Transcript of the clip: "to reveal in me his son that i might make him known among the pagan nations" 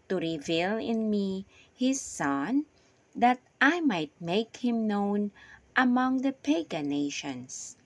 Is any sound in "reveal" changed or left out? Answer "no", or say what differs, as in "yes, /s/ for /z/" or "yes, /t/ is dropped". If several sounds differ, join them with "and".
no